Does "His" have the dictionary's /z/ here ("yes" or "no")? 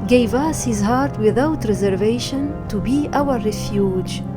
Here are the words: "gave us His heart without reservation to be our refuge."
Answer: yes